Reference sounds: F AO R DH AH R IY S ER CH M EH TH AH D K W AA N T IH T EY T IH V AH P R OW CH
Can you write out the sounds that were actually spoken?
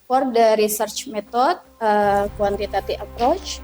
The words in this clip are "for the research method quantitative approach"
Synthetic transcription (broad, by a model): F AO R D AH R IY S ER CH M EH T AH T K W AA N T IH T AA T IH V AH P R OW CH